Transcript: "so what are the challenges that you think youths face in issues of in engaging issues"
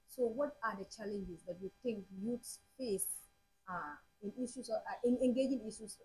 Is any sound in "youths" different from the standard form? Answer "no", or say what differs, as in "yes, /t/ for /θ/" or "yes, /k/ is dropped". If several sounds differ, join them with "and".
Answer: yes, /t/ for /θ/